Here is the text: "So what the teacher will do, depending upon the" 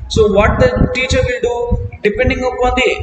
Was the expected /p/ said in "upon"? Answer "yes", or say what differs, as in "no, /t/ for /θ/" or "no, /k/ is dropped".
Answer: no, /p/ is dropped